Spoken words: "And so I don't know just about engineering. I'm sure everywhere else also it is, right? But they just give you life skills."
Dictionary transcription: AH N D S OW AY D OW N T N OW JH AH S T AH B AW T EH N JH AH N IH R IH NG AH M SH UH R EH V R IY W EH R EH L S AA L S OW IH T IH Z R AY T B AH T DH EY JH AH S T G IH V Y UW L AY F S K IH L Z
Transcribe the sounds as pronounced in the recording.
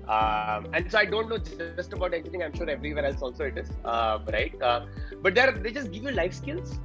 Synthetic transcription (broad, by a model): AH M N S OW AY D OW N T N OW JH AH S T AH B AW T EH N AH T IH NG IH AH M SH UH R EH V R IY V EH R EH L S AA L S OW IH T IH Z R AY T B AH T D EY JH AH S T G IH V Y UW L AY F S K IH L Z